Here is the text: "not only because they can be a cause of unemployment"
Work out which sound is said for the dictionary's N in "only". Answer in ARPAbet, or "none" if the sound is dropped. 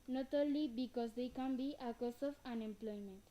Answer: none